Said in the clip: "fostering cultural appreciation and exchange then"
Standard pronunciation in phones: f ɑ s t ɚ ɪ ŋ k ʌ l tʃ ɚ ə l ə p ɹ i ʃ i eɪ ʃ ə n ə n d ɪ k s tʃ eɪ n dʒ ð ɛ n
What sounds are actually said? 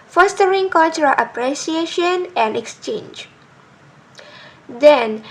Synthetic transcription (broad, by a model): f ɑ s t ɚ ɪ ŋ k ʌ l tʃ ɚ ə l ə p ɹ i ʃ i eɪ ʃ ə n ə n d ɪ k s tʃ eɪ n dʒ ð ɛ n